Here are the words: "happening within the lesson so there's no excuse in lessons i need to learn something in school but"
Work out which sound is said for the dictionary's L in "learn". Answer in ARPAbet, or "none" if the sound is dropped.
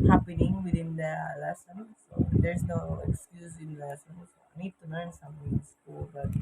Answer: N